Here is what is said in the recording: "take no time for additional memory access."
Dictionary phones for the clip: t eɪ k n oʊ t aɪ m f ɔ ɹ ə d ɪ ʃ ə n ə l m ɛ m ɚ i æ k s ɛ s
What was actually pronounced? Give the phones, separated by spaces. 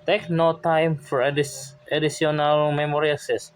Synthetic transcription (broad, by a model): t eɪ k n oʊ t aɪ m f ɔ ɹ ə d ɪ s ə n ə l m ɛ m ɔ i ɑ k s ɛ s